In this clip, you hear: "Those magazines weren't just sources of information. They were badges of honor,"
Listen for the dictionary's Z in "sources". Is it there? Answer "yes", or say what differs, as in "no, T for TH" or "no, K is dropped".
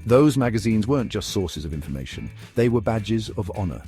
yes